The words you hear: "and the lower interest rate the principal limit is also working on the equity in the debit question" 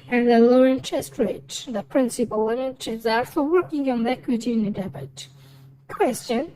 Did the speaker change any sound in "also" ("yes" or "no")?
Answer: yes